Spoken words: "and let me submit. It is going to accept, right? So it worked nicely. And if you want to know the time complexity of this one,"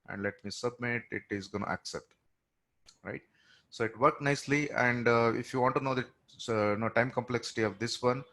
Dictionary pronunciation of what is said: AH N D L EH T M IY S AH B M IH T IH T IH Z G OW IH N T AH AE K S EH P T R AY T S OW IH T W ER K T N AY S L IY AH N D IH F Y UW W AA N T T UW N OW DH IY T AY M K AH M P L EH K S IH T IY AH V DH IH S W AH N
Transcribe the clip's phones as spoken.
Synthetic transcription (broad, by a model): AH N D L EH T M IY S AH B M IH T IH T IH Z G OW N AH AE K S EH P T R AY T S OW IH T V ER K N AY S L IY AH N D IH F Y UW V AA N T T UW N OW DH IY T AY M K AH M P L EH K S IH T IY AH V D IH S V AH N